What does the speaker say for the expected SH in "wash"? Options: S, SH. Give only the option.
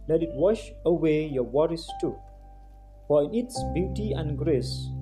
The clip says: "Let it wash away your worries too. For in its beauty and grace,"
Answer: SH